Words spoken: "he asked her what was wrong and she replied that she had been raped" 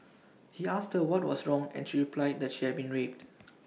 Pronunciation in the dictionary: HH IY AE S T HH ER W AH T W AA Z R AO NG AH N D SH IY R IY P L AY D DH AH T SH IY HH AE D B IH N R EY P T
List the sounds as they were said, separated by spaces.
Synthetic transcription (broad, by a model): HH IY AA S T HH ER W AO T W AA S R AO NG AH N SH IY R IY P L AY D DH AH T SH IY HH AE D B IH N R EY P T